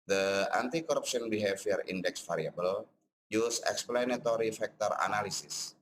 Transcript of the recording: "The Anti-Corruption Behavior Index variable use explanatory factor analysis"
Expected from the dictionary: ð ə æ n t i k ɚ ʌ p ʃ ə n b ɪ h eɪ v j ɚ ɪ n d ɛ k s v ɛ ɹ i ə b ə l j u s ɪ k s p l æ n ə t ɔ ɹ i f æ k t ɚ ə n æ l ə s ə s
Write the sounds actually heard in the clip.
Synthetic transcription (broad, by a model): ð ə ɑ n t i k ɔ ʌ p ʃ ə n b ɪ h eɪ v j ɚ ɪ n d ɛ k s f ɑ ɹ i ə b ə l j u s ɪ k s p l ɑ n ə t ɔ ɹ i f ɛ k t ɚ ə n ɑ l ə s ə s